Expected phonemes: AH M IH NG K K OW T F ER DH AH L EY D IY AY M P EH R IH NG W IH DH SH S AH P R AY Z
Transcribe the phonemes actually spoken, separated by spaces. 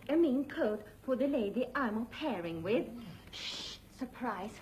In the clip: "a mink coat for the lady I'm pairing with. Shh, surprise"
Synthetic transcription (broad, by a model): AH M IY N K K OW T F ER DH AH L EY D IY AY M P EH R IH NG W IH DH SH S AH P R AY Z